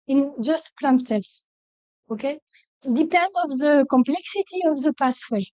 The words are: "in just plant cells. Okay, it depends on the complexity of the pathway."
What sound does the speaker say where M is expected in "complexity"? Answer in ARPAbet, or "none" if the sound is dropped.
M